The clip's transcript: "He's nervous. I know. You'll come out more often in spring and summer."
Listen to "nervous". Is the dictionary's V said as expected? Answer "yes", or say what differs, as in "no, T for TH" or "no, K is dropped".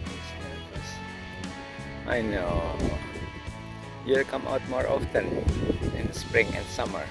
no, V is dropped